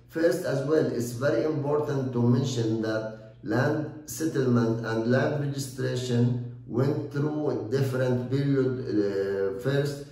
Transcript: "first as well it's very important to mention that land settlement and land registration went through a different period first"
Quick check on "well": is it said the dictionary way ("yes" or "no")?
yes